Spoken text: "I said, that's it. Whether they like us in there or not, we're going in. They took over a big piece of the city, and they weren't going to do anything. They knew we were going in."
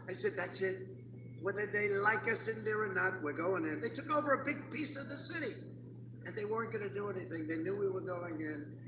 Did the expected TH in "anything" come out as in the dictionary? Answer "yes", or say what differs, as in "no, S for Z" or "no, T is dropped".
yes